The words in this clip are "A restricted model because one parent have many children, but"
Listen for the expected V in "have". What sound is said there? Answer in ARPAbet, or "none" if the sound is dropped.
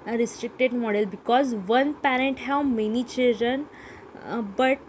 W